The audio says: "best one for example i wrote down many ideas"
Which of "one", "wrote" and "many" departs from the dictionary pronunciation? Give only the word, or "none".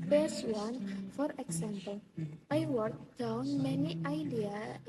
wrote